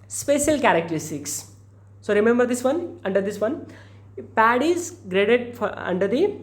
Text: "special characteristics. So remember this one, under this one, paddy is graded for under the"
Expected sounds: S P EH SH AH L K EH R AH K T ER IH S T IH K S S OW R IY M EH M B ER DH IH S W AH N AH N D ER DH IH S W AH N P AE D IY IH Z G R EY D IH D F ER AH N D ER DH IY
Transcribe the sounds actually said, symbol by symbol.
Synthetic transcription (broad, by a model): S P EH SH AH L K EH R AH K T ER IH S T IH K S S OW R IY M EH M B ER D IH S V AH N AH N D ER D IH S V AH N P AE D IY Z G R EY D IH D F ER AH N D ER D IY